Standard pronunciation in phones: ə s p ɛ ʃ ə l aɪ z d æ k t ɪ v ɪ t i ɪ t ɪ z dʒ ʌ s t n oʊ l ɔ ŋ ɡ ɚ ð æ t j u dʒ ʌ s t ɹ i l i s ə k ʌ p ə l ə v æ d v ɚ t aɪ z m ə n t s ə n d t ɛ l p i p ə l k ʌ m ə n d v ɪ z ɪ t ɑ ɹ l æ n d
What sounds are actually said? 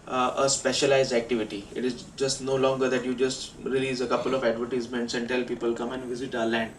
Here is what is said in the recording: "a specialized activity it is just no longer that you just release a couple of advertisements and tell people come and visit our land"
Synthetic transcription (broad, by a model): ə s p ɛ ʃ ə l aɪ z d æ k t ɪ v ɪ t i ɪ t ɪ z dʒ ʌ s t n oʊ l ɔ ŋ ɡ ɚ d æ t j u dʒ ʌ s t ɹ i l i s ə k ʌ p ə l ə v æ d v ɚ t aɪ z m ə n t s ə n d t ɛ l p i p ə l k ʌ m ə n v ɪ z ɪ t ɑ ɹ l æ n d